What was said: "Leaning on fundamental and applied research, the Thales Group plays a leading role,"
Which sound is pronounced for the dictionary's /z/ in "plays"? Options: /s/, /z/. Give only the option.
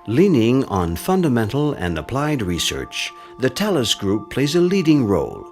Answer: /z/